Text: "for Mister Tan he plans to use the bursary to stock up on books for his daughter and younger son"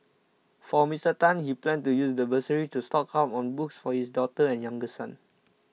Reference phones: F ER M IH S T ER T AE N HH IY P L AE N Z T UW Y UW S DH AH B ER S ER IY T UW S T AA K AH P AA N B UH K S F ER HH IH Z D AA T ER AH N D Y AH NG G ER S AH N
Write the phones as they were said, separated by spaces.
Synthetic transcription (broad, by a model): F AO M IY S T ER T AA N HH IY P L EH N T UW Y UW S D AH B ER S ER IY T UW S T AA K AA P AA N B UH K S F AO HH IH S D AA T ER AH N Y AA NG G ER S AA N